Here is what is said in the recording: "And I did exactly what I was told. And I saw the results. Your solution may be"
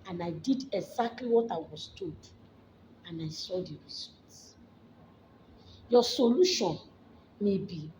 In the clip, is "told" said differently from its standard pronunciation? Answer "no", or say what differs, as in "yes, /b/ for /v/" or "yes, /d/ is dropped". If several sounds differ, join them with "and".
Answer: yes, /l/ is dropped